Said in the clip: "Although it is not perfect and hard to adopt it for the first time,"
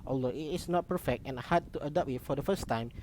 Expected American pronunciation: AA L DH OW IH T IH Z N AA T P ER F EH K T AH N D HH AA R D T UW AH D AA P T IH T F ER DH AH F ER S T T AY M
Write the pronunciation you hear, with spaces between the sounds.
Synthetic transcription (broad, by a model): AA L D OW IH T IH S N AA T P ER F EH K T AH N HH AA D T UW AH D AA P IH T F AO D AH F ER S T T AY M